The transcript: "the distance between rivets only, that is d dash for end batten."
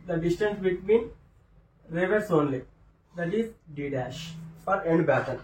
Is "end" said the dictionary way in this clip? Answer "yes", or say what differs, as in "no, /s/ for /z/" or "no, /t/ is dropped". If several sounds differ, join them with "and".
yes